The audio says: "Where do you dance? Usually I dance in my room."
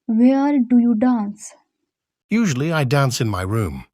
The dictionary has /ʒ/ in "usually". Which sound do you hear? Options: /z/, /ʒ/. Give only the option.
/ʒ/